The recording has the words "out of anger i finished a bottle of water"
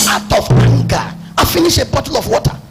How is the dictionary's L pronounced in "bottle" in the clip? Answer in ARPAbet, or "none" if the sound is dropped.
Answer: L